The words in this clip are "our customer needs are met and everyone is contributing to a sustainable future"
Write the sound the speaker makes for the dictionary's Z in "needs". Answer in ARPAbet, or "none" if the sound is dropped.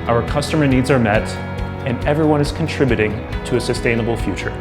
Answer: Z